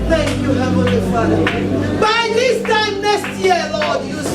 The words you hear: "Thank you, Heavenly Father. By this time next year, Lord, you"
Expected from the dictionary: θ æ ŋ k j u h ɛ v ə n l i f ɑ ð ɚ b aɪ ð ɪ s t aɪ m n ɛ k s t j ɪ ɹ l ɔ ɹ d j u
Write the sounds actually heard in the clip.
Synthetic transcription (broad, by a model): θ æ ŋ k j u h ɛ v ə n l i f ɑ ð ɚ b aɪ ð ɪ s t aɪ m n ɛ s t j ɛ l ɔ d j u